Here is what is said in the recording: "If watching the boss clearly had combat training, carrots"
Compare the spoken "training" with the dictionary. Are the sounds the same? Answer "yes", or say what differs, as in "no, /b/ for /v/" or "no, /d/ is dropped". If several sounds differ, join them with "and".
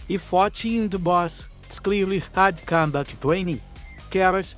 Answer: no, /w/ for /ɹ/